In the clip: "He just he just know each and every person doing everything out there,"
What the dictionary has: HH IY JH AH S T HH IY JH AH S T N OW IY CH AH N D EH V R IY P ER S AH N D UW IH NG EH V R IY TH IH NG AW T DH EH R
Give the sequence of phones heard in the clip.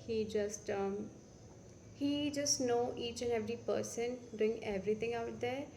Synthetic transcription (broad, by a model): HH IY JH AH S T HH IY JH AH S T N OW IY CH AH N EH V R IY P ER S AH N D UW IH NG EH V R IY T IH NG AW T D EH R